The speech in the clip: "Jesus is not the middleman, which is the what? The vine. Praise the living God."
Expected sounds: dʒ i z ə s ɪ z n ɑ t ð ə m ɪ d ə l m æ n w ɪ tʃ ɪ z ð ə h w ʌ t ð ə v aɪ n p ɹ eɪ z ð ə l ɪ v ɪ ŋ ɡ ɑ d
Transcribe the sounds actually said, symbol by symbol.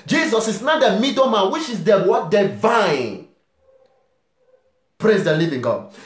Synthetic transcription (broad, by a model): dʒ i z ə s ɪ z n ɑ t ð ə m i d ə m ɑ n w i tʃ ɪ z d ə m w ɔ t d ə v aɪ n p ɹ eɪ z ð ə l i v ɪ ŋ ɡ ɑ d